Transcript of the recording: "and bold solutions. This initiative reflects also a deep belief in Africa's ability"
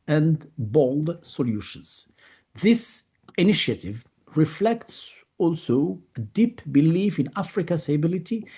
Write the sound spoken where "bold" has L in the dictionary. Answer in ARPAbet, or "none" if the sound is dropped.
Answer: L